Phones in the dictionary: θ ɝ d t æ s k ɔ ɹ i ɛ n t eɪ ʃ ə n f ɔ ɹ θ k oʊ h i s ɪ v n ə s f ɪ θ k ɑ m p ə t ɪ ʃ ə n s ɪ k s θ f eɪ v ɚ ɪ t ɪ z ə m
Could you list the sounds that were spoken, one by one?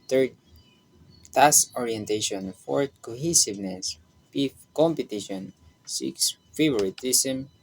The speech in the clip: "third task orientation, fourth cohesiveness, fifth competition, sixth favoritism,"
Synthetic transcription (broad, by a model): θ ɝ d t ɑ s ɔ ɹ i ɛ n t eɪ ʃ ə n f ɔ ɹ k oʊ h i s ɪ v n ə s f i f k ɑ m p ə t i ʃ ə n s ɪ k s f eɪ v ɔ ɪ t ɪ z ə m